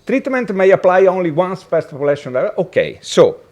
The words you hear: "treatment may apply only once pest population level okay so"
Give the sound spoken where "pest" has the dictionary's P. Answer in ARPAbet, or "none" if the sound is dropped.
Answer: F